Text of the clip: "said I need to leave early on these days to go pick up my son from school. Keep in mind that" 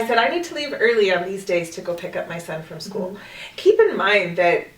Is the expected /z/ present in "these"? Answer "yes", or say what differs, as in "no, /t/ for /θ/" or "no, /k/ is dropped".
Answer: yes